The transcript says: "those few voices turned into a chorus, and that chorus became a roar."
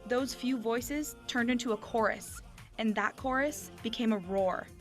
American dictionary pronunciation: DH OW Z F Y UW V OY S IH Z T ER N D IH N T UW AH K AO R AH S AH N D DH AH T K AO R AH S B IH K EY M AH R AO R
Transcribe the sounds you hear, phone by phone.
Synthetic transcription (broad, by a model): DH OW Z F Y UW V OY S IH Z T ER N D IH N T UW AH K AO R AH S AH N DH AH T K AO R AH S B IH K EY M AH R AO R